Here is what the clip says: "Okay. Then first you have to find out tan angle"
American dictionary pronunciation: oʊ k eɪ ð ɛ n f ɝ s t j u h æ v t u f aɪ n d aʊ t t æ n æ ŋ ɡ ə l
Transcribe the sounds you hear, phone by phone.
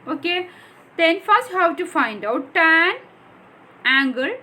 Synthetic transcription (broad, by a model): oʊ k eɪ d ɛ n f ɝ s t h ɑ w t u f aɪ n d aʊ t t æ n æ ŋ ɡ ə l